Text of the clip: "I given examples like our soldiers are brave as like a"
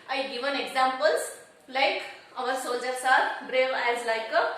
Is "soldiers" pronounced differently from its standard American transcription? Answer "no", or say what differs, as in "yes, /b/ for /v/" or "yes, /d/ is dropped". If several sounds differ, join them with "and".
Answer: yes, /l/ is dropped and /s/ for /z/